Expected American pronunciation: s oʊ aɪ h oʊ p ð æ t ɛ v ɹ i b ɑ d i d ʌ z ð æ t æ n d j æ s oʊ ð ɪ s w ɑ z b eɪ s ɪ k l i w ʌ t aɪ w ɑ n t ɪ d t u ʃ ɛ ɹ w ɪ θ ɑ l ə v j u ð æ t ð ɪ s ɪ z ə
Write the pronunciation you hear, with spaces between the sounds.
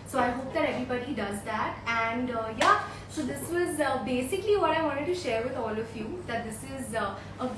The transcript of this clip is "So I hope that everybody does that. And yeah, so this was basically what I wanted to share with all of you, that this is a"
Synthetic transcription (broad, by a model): s oʊ aɪ h oʊ p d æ t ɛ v ɹ i b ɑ d i d ʌ z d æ t æ n d j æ s oʊ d ɪ s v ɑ z b eɪ s ɪ k l i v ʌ t aɪ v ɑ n t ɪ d t u ʃ ɛ ɹ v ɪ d ɑ l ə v j u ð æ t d ɪ s ɪ z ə